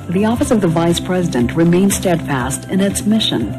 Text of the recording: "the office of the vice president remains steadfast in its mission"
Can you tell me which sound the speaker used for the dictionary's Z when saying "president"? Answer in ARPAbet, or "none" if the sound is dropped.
Z